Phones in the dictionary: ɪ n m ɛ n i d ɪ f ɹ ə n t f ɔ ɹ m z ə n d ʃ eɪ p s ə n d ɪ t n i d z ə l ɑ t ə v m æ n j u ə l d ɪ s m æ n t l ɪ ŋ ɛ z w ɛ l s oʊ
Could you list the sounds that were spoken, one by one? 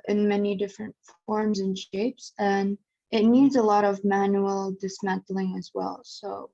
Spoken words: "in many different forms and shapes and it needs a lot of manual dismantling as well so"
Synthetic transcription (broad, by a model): ɪ n m ɛ n i d ɪ f ɹ ə n t f ɔ ɹ m z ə n ʃ eɪ p s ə n ɪ t n i d z ə l ɑ t ə v m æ n j u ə l d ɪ s m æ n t l ɪ ŋ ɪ z w ɛ l s oʊ